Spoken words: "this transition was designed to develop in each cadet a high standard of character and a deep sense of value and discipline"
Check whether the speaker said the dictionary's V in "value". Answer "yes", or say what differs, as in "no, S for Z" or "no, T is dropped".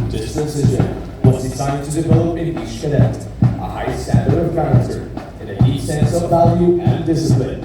yes